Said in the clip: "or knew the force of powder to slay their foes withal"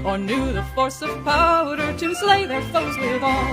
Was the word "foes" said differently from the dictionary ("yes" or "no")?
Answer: no